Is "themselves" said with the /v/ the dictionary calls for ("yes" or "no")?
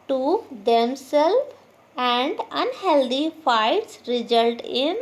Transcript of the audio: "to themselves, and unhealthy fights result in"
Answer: no